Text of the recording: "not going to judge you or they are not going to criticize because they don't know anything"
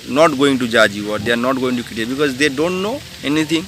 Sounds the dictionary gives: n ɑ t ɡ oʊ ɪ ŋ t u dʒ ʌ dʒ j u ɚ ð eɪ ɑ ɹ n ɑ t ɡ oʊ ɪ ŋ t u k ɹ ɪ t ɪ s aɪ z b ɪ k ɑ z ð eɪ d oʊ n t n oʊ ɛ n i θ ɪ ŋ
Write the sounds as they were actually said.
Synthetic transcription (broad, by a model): n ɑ t ɡ oʊ ɪ ŋ t u dʒ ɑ dʒ j u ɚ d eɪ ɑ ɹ n ɑ t ɡ oʊ ɪ ŋ t u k ɪ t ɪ b ɪ k ɑ z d eɪ d oʊ n t n oʊ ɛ n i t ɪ ŋ